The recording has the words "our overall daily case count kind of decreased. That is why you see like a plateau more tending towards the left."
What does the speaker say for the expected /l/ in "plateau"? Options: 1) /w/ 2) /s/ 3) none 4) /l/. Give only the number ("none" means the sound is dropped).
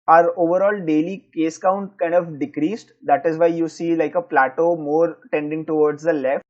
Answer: 4